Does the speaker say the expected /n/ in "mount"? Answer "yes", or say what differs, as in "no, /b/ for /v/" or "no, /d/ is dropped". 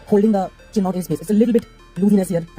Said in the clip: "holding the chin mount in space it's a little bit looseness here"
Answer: no, /n/ is dropped